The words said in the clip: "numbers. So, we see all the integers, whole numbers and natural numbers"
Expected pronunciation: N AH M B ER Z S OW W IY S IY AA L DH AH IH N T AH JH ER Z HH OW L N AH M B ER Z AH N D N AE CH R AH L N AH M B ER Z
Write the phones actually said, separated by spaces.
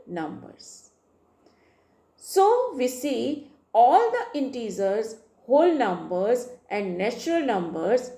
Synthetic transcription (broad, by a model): N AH M B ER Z S OW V IY S IY AA L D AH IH N T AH Z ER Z HH OW L N AH M B ER Z AH N D N AE CH R AH L N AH M B ER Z